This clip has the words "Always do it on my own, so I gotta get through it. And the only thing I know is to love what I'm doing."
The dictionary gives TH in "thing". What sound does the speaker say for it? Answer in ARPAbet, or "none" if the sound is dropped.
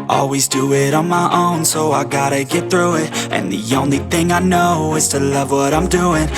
TH